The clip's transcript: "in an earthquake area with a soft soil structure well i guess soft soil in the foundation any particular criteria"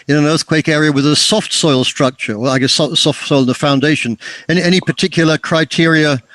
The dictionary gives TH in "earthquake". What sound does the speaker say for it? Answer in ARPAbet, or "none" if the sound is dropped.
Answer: TH